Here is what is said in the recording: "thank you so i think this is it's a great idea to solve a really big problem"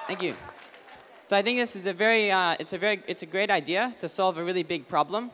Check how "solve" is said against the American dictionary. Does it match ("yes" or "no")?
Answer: yes